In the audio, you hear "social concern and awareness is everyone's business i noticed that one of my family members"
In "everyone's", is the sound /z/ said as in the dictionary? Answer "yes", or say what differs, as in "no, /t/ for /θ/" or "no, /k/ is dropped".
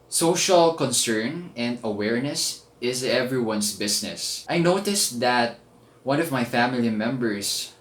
no, /s/ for /z/